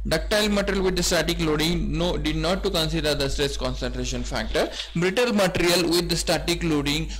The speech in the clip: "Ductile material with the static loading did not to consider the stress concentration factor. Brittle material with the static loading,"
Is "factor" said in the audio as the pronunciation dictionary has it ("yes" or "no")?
yes